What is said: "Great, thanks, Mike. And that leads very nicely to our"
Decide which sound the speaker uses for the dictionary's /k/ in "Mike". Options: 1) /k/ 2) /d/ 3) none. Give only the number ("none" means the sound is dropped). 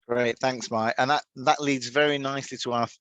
3